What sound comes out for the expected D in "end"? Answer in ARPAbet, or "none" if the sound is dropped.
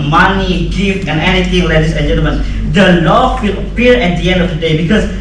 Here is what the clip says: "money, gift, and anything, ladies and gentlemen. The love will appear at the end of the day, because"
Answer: D